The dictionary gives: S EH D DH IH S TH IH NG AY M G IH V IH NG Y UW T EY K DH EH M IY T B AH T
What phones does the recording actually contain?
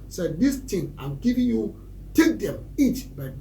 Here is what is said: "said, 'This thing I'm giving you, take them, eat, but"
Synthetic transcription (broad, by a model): S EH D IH S T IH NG AY M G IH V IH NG Y UW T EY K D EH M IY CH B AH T